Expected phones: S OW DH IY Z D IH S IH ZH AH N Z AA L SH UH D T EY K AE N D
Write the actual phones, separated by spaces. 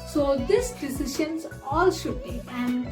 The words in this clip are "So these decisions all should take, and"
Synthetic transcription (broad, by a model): S OW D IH S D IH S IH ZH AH N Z AA L SH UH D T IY AE N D